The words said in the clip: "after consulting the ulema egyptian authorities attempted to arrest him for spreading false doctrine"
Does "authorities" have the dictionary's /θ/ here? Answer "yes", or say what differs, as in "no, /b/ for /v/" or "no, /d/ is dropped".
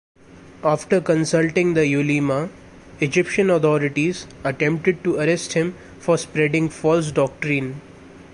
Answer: no, /t/ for /θ/